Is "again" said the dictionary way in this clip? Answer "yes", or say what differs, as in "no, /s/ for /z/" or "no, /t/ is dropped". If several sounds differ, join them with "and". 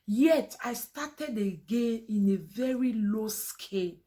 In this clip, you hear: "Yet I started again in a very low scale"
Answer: yes